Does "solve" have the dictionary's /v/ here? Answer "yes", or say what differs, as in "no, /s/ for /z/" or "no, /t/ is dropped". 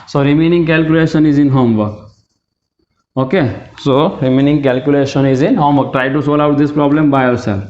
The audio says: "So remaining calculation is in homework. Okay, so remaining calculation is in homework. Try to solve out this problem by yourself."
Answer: no, /v/ is dropped